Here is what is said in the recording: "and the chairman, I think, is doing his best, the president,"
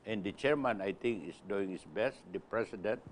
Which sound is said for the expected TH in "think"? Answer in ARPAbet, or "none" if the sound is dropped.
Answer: T